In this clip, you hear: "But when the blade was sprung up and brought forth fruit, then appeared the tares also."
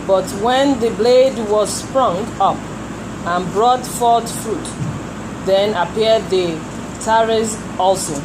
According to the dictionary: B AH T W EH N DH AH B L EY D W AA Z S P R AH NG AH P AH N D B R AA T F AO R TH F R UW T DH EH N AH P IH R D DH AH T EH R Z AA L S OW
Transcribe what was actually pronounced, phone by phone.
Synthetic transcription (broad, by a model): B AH T W EH N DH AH B L EY D W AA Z S P R AH NG AH P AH N B R AA T F AO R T F R UW T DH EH N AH P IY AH D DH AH T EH R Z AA L S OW